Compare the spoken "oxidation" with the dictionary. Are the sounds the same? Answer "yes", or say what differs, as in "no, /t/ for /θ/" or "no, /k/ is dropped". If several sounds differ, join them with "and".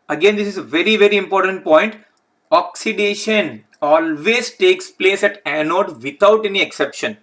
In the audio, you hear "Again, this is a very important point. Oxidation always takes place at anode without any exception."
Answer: yes